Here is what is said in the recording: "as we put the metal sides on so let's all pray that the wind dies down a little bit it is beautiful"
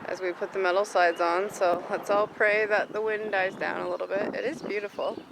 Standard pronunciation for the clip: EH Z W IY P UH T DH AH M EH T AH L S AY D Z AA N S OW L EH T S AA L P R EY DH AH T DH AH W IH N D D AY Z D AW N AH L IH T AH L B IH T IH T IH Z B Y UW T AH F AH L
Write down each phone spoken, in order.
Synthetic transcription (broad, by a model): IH Z W IY P UH T DH AH M EH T L S AY D Z N S OW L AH T S AA L P R EY DH AH T DH AH W IH N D D AY Z D AW N AH L IH T L B IH T IH T IH Z B Y UW T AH F L